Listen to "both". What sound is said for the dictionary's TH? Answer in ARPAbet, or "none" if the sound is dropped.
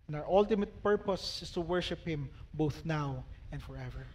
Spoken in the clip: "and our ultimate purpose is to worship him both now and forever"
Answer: TH